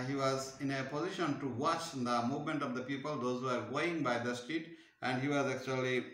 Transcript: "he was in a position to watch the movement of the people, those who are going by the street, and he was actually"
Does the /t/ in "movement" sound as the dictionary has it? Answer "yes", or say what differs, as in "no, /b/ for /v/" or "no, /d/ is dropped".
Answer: yes